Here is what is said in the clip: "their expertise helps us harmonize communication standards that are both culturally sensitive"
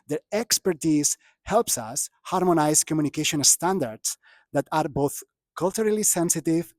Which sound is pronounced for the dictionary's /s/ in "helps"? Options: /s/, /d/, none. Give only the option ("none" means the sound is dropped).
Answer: /s/